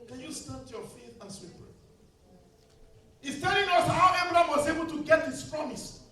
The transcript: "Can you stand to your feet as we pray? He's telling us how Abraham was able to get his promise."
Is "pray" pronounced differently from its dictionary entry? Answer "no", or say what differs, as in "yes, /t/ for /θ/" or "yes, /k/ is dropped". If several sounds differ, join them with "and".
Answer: yes, /ɹ/ is dropped